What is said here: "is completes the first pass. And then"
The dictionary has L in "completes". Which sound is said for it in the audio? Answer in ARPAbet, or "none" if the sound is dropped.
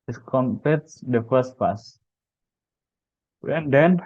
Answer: none